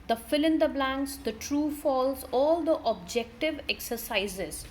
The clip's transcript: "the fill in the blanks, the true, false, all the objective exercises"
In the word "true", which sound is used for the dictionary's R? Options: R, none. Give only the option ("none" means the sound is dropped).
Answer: R